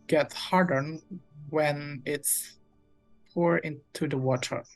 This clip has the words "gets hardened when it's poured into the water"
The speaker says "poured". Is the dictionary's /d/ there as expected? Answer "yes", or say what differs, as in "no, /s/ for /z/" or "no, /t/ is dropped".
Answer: no, /d/ is dropped